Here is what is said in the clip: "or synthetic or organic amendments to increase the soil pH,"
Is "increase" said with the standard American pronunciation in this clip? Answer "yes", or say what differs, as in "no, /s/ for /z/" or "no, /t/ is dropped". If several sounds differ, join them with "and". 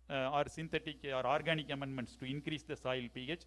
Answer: yes